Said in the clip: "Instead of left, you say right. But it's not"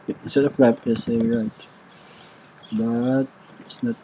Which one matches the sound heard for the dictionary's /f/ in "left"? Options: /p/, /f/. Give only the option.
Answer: /p/